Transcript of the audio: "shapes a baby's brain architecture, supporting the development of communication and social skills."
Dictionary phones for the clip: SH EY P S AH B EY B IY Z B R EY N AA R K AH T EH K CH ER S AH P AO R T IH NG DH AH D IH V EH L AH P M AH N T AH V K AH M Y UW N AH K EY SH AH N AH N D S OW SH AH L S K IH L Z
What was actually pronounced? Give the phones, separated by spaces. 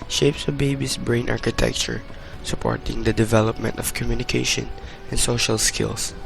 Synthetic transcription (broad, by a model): SH EY P S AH B EY B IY S B R EY N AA R K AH T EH K CH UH S AH P AO R T IH NG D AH D IH V EH L AH P M AH N T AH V K AH M Y UW N AH K EY SH AH N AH N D S OW SH AH L S K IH L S